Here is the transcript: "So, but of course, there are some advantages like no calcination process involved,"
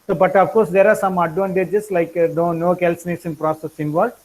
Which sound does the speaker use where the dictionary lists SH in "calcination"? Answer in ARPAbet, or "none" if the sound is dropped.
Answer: S